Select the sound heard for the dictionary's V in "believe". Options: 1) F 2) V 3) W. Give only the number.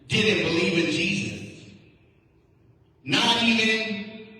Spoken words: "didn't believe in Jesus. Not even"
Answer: 2